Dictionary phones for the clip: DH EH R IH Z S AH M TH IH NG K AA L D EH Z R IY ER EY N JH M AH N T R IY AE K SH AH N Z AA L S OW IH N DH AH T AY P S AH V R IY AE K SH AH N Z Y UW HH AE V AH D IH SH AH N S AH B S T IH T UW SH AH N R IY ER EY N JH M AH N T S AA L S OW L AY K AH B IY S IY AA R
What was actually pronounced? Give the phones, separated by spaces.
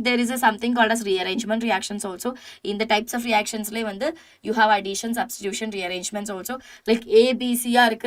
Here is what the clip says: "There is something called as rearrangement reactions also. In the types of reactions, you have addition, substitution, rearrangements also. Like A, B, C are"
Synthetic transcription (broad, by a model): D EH R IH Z S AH M T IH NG K AA L D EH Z R IY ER EY N JH M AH N T R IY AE K SH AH N S AA L S OW IH N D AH T AY P S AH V R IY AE K SH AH N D Y UW HH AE V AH D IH SH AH N S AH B S T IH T UW SH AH N R IY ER EY N JH M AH N T S AA L S OW L AY K AH B IY S IY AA R